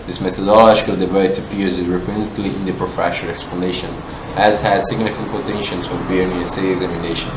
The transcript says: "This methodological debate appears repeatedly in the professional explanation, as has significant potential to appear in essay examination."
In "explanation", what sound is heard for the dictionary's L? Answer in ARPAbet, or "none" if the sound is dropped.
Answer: L